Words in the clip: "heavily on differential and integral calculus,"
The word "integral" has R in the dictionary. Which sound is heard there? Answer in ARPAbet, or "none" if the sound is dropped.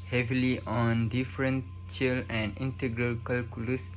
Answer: R